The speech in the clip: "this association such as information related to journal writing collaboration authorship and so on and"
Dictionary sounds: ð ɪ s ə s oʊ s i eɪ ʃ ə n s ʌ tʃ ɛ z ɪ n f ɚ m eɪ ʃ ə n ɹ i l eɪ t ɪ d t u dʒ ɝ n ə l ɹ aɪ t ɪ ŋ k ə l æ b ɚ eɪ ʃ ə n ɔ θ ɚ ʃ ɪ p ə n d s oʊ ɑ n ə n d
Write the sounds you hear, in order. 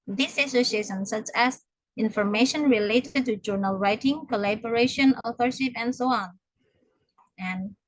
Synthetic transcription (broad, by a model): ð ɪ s ə s oʊ s i eɪ ʃ ə n s ʌ tʃ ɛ s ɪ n f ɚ m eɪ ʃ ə n ɹ i l eɪ t ɪ d t u dʒ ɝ n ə l ɹ aɪ t ɪ ŋ k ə l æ b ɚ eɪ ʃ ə n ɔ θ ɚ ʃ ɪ p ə n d s oʊ ɑ n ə n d